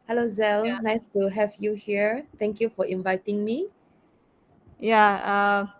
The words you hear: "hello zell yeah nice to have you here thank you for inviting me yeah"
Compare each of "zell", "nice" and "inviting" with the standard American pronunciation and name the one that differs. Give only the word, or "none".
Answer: none